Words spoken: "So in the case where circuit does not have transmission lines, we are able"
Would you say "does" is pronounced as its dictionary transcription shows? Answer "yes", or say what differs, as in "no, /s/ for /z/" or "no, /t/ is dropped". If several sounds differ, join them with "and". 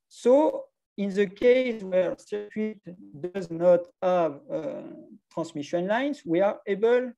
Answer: yes